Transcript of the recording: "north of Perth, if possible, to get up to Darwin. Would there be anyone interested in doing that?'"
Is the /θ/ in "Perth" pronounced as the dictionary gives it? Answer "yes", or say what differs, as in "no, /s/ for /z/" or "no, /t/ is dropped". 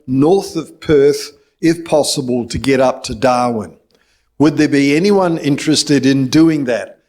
yes